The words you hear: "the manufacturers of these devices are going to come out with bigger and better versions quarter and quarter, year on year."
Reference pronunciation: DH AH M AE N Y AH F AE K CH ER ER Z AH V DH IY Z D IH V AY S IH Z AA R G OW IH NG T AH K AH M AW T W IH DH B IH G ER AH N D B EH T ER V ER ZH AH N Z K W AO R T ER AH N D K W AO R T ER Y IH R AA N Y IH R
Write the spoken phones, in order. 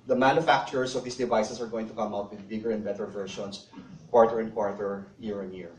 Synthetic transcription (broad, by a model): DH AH M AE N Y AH F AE K CH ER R S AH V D IY S D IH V AY S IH S AA R G OW IH NG T AH K AH M AW T W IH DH B IH G ER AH N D B EH T ER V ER SH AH N S K W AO R T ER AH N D K W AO R T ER Y IH R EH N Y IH R